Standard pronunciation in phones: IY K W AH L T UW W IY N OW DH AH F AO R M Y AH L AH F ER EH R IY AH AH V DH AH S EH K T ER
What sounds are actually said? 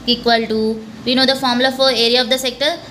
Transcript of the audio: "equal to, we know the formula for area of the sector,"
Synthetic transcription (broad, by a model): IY K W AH L T UW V IY N OW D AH F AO R M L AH AH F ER EH R IY AH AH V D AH S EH K T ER